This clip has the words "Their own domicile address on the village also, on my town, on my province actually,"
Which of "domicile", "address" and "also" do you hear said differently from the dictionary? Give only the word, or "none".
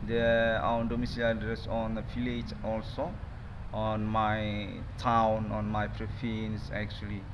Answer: none